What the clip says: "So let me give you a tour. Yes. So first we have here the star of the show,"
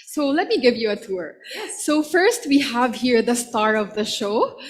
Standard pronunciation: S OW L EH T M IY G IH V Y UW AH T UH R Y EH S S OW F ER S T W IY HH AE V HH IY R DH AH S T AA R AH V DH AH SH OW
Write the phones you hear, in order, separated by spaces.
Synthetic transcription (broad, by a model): S OW L EH T M IY G IH V Y UW AH T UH R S S OW F ER S T W IY HH AE V HH IY R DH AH S T AA R AH V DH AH SH OW